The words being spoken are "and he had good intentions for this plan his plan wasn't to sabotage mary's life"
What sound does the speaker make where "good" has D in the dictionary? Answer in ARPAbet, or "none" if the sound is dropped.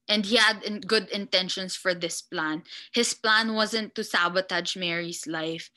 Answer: D